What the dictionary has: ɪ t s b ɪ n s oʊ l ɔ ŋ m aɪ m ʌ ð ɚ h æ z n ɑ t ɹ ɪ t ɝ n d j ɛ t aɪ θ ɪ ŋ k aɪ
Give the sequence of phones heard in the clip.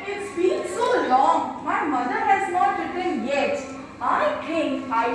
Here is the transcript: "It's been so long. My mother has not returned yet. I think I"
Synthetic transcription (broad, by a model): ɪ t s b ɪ l s oʊ l ɔ ŋ m aɪ m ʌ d ɚ h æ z n ɑ t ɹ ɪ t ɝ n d j ɛ t aɪ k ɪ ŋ aɪ